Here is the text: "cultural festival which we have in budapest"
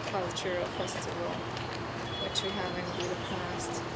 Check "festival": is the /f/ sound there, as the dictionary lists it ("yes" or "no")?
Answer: no